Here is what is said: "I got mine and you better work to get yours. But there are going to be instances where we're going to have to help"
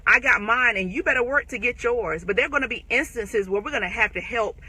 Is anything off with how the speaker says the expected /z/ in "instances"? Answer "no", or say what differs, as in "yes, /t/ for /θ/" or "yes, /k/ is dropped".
no